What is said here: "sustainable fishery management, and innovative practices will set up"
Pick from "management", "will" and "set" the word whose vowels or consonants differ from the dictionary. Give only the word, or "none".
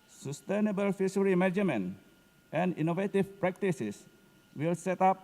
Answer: management